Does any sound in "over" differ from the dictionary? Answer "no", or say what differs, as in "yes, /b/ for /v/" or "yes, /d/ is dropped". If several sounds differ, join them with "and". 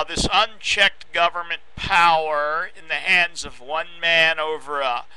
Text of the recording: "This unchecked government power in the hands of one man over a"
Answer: no